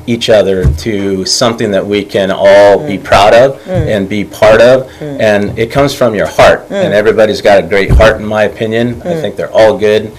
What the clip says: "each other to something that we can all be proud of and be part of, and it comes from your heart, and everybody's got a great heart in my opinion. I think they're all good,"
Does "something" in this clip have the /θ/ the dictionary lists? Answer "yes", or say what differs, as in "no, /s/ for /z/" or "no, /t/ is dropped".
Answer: yes